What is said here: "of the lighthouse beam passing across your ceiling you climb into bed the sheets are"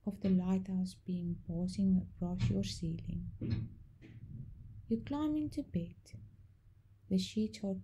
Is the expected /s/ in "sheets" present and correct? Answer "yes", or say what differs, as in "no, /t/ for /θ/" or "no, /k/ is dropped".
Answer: no, /s/ is dropped